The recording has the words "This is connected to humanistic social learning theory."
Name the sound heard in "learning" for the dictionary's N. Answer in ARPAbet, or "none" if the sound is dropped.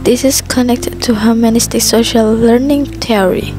N